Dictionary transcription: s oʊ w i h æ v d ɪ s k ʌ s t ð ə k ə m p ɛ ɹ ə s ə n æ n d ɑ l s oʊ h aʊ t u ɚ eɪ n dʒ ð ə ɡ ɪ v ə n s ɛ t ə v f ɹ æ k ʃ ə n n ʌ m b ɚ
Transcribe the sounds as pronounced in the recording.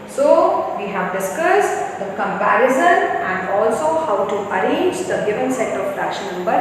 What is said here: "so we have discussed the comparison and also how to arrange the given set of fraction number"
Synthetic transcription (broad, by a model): s oʊ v i h æ v d ɪ s k ʌ s t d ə k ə m p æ ɹ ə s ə n æ n d ɑ l s oʊ h aʊ t u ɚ eɪ n dʒ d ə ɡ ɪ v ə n s ɛ t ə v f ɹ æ ʃ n n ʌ m b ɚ